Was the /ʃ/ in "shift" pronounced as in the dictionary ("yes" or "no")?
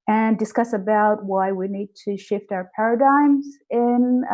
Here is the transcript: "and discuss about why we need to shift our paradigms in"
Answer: yes